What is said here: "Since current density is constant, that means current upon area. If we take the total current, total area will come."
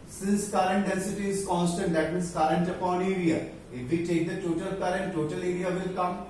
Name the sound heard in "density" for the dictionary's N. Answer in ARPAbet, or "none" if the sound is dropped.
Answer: none